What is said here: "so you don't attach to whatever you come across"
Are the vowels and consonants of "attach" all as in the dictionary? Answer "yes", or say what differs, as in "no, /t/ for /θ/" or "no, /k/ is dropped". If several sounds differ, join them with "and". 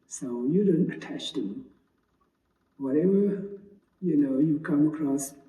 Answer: yes